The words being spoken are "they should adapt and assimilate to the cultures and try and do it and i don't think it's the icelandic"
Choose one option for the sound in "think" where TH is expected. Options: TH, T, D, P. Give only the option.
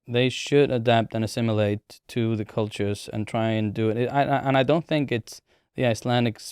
TH